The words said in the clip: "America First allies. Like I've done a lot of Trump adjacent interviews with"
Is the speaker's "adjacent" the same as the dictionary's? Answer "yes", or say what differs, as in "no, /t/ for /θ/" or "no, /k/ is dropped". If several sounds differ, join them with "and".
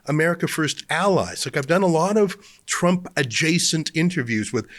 yes